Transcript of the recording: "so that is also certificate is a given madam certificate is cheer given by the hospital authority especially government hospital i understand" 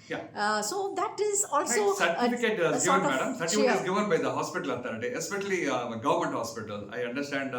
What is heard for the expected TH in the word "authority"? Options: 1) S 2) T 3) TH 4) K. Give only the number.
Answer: 2